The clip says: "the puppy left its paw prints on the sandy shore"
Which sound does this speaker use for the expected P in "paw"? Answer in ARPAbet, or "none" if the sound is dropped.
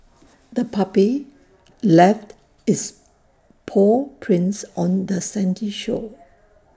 P